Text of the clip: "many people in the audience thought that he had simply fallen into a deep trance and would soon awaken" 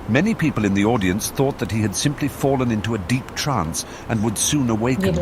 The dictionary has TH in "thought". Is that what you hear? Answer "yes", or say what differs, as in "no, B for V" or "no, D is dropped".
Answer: yes